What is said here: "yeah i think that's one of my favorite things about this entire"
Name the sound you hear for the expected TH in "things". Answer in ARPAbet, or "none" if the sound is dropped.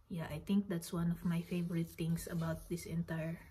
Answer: T